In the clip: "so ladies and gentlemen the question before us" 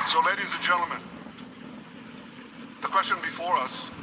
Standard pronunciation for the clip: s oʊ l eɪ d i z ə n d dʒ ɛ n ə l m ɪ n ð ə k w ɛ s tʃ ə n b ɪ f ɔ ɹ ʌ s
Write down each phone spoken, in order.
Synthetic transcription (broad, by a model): s oʊ l eɪ d i z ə n dʒ ɛ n l m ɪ n ð ə k w ɛ s tʃ ə n b ɪ f ɔ ɹ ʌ s